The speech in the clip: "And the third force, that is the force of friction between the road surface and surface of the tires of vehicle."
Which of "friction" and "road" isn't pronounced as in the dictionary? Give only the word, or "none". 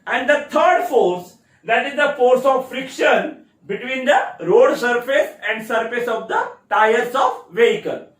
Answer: none